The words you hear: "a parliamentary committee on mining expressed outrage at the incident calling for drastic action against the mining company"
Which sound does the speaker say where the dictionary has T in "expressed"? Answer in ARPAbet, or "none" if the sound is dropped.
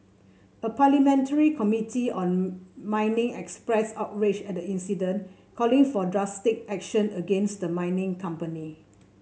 none